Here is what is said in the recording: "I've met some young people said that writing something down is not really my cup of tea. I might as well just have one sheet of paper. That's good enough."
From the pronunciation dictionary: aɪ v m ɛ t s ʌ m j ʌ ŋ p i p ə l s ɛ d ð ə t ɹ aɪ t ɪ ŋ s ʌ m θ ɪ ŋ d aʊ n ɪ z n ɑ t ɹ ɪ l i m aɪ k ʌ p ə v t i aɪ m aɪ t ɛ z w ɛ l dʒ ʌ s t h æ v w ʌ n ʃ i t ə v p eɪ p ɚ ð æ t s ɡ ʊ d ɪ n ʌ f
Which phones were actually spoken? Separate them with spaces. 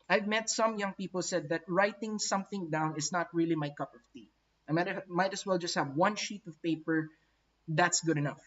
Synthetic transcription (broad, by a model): aɪ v m ɛ t s ʌ m j ʌ ŋ p i p ə l s ɛ d ð ə t ɹ aɪ t ɪ ŋ s ʌ m θ ɪ ŋ d aʊ n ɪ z n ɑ t ɹ ɪ l i m aɪ k ʌ p ə v t i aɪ m aɪ t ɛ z w ɛ l dʒ ʌ s t h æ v w ʌ n ʃ i t ə v p eɪ p ɚ ð æ t s ɡ ʊ d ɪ n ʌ f